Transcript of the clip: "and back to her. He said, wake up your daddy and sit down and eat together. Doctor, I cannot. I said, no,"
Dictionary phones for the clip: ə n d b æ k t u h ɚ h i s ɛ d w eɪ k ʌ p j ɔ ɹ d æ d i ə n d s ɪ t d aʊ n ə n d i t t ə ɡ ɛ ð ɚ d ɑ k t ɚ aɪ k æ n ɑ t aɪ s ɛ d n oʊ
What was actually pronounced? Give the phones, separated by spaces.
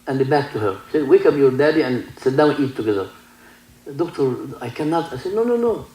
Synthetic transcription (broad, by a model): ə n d b æ k t u h ɚ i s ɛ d w eɪ k ʌ p j ɔ ɹ d æ d i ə n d s ɪ t d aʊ ə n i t t ə ɡ ɛ ð ɚ d ɑ k t ɚ aɪ k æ n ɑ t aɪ s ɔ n n oʊ